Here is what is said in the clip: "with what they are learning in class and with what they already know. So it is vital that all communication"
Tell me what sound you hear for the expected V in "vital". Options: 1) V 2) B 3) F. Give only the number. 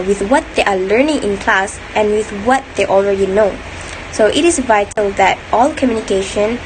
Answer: 1